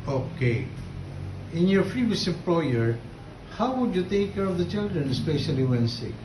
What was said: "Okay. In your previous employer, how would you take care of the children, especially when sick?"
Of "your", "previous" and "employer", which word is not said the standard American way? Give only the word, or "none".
previous